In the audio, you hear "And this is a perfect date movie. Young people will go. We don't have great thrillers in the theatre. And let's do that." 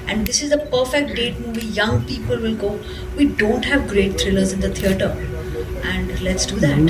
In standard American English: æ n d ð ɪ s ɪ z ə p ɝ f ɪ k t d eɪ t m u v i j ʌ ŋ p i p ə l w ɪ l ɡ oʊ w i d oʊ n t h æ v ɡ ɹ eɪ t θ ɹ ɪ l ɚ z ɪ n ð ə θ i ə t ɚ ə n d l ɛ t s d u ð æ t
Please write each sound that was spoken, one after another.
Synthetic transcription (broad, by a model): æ n d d ɪ s ɪ z ə p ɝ f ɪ k t d eɪ t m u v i j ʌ ŋ p i p ə l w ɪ l ɡ oʊ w i d oʊ n t h æ v ɡ ɹ eɪ t t ɹ ɪ l ɚ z ɪ n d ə t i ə t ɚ ə n d l ɛ t s d u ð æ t